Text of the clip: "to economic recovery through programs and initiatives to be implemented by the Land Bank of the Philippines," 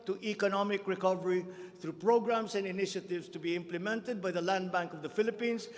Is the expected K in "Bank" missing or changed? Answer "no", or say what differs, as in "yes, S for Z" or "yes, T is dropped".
no